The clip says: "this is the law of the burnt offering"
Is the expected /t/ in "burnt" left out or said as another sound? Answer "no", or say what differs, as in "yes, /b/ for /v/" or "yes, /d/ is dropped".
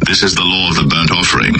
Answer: no